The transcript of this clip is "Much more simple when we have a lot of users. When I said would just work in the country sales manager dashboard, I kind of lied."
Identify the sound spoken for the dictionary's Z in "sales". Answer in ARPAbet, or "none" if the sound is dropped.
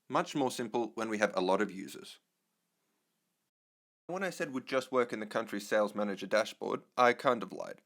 Z